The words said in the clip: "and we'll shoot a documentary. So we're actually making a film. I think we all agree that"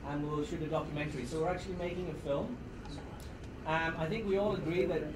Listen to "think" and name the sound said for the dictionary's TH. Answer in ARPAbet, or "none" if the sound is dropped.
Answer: TH